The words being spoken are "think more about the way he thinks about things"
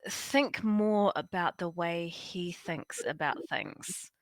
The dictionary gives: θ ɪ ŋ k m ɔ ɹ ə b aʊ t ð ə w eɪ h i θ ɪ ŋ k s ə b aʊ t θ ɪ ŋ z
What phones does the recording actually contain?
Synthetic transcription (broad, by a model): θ ɪ ŋ k m ɔ ɹ ə b aʊ t ð ə w eɪ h i θ ɪ ŋ k s ə b aʊ t θ ɪ ŋ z